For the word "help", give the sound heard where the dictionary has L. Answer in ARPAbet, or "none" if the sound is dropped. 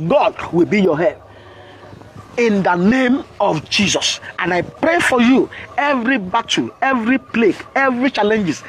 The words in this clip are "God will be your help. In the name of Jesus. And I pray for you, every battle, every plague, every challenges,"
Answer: none